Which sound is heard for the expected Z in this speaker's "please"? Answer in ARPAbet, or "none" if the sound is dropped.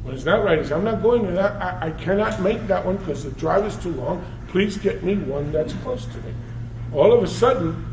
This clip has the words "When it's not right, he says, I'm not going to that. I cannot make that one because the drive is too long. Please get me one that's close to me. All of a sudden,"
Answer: Z